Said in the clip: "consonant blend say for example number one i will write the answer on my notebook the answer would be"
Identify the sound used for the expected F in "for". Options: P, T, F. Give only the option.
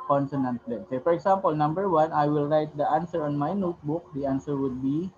F